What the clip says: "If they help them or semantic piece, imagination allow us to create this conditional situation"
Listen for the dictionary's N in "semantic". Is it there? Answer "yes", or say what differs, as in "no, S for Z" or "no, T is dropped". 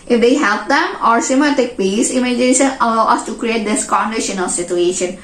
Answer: no, N is dropped